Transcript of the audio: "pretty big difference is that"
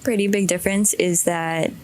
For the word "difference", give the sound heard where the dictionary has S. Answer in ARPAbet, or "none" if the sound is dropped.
S